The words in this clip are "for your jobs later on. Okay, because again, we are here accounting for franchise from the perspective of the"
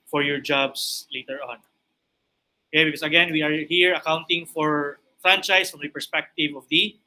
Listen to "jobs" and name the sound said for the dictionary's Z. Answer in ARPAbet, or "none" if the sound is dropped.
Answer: S